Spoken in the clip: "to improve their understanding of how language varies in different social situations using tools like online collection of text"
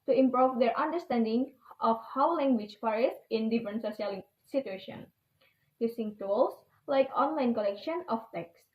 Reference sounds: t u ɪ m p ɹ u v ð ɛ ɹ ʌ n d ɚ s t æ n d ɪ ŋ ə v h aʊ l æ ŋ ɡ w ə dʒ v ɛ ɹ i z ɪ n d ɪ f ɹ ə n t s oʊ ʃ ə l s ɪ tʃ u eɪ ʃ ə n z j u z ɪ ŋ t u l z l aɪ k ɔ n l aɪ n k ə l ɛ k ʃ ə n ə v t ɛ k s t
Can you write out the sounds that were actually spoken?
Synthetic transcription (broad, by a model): t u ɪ m p ɹ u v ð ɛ ɹ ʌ n d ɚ s t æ n d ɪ ŋ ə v h aʊ l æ ŋ ɡ w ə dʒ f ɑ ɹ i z ɪ n d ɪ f ɹ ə n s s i ə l s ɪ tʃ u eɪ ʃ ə n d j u s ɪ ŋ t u l s l aɪ k ɔ n l aɪ n k ə l ɛ k ʃ ə n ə f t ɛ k s